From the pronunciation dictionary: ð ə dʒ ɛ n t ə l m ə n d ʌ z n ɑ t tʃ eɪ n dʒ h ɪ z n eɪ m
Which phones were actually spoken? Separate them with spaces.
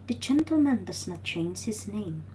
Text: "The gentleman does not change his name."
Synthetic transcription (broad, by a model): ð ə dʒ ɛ n t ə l m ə n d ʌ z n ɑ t tʃ eɪ n z h ɪ z n eɪ m